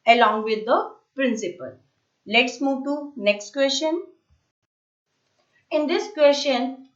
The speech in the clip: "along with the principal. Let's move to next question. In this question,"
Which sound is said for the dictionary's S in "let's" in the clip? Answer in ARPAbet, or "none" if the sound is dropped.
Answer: S